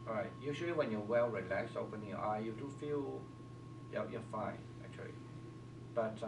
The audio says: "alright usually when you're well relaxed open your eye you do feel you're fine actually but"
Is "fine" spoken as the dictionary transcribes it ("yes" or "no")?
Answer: yes